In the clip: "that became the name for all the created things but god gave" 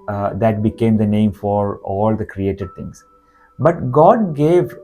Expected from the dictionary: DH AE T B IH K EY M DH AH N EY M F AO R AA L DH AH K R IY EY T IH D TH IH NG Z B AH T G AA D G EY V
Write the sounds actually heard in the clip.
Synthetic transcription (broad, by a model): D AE T B IH K EY M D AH N EY M F AO R AA L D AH K R IY EY T IH D T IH NG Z B AH T G AA D G EY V